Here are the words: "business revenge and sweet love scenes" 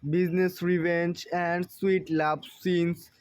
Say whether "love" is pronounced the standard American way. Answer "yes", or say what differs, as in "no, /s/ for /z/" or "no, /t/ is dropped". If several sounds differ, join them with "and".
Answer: no, /b/ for /v/